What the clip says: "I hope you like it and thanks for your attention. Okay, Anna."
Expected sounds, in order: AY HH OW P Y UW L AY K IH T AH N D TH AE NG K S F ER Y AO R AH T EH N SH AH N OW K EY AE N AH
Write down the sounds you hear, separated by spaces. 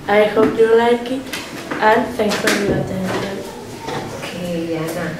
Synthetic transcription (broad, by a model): AY HH OW P Y UW L AY K IH T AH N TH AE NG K F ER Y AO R AH T EH N SH AH N OW K EY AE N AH